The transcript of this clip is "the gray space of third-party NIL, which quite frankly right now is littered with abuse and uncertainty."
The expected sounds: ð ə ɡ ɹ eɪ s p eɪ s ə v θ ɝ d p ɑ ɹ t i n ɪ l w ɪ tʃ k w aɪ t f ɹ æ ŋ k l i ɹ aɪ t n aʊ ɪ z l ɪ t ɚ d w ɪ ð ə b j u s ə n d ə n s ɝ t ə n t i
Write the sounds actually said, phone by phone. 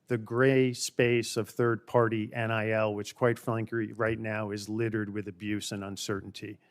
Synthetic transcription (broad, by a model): ð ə ɡ ɹ eɪ s p eɪ s ə v θ ɝ d p ɑ ɹ t i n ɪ l w ɪ tʃ k w aɪ t f l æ ŋ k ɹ i ɹ aɪ t n aʊ ɪ z l ɪ t ɚ d w ɪ ð ə b j u s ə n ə n s ɝ t n t i